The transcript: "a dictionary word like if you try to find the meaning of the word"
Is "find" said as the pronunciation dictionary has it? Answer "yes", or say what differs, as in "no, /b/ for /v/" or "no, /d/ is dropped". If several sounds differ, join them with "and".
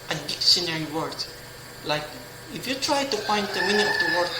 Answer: no, /p/ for /f/